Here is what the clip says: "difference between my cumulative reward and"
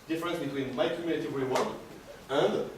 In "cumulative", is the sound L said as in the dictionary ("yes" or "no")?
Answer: no